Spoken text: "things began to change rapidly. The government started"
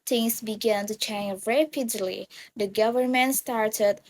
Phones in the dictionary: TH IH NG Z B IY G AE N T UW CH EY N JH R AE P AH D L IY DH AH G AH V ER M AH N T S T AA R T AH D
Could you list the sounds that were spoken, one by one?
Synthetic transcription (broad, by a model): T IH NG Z B IY G AE N T UW CH EY N JH R AE P AH D L IY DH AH G AH V ER M AH N T S T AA R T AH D